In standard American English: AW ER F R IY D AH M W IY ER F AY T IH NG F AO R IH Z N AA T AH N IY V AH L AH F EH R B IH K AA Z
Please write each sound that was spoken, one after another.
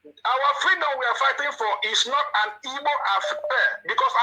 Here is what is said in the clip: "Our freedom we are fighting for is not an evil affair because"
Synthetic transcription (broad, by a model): AW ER F R IY D AH M W IY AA F AY T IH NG F AO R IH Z N AA T AH N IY B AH N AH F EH B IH K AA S